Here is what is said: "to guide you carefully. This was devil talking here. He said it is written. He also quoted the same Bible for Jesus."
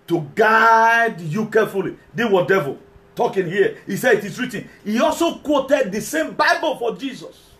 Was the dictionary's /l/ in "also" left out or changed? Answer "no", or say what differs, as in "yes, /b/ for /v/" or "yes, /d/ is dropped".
no